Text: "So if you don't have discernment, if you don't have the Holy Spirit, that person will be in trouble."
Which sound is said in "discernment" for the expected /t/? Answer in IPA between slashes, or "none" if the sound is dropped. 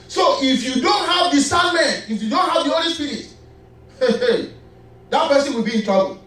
none